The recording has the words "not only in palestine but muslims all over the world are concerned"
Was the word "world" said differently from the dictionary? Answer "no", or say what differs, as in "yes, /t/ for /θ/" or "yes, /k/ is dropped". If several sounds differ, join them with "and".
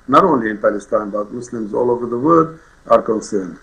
yes, /l/ is dropped